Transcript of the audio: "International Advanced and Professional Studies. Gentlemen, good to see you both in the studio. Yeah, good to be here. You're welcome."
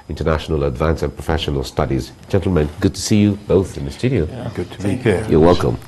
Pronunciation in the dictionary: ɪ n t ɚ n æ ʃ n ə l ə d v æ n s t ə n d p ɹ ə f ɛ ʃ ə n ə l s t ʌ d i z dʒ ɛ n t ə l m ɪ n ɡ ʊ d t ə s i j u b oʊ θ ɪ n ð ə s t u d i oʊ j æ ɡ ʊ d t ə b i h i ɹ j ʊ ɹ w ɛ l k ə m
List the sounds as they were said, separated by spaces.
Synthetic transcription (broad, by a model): ɪ n t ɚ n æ ʃ n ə l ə d v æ n s ə n p ɹ ə f ɛ ʃ ə n ə l s t ʌ d i z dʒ ɛ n t l m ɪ n ɡ ʊ d t ə s i j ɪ b oʊ θ ɪ n ð ə s t u d i oʊ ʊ ɡ ʊ d t ə b i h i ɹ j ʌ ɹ w ɛ l k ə m